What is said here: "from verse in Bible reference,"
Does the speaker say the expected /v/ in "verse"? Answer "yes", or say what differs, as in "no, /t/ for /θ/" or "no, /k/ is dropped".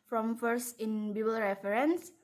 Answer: no, /f/ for /v/